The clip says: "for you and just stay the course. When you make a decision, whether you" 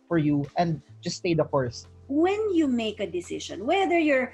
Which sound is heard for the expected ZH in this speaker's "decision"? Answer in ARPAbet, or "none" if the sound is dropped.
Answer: SH